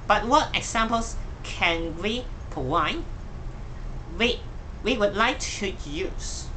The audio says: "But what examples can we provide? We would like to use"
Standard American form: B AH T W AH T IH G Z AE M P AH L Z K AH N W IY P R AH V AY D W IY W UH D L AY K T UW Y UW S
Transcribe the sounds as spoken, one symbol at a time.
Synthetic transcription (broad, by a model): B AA T W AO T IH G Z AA M P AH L S K AH N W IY P AH W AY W W IY W UH D L AY K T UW Y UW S